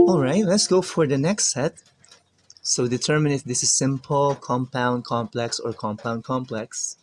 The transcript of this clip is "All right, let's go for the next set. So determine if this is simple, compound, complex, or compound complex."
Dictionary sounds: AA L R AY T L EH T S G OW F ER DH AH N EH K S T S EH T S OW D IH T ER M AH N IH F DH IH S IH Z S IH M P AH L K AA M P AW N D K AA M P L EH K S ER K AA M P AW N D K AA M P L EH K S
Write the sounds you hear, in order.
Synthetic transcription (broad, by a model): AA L R AY T L EH T S G OW F ER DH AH N EH K S T S EH T S OW D IH T ER M AH N IH F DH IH S IH Z S IH M P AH L K AA M P AW N D K AA M P L EH K S ER K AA M P AW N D K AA M P L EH K S